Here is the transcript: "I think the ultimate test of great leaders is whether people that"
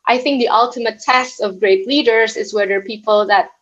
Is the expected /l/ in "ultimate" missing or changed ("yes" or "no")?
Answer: no